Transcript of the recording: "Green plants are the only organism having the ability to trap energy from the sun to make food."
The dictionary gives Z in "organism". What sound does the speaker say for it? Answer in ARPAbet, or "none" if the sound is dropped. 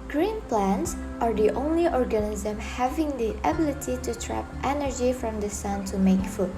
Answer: Z